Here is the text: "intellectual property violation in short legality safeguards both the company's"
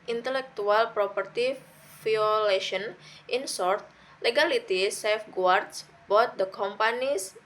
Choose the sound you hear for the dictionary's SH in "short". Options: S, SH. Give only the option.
S